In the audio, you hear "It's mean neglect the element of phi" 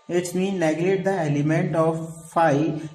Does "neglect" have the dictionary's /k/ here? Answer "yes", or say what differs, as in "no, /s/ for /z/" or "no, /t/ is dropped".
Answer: no, /k/ is dropped